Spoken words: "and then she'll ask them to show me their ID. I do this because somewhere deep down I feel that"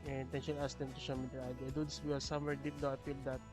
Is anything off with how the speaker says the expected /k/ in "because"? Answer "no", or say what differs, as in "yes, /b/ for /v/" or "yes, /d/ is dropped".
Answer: yes, /k/ is dropped